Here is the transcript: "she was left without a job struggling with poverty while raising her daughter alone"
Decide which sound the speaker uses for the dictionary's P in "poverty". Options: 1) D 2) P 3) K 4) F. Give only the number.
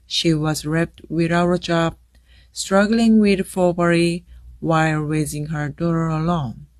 4